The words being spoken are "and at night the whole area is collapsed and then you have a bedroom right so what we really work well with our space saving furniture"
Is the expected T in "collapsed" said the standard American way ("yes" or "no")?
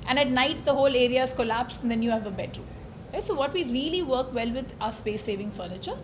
no